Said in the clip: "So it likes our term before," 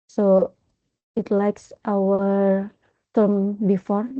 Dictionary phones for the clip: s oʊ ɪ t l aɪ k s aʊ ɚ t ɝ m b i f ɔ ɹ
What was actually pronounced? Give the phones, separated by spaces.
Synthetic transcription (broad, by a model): s oʊ ɪ t l aɪ k s aʊ ɚ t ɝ m b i f ɔ ɹ